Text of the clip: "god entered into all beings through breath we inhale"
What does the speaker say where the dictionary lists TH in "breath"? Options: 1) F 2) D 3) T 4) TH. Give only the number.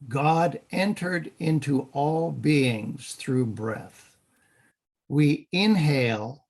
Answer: 4